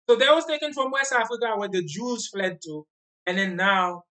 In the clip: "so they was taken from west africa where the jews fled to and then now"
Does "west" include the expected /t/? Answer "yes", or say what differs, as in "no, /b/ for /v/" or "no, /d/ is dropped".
no, /t/ is dropped